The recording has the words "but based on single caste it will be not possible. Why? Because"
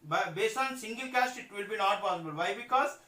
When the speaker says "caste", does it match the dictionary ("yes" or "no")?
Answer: yes